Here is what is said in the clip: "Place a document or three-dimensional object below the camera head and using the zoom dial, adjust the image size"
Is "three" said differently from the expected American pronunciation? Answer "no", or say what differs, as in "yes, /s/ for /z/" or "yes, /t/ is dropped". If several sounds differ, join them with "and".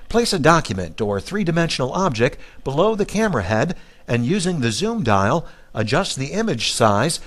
no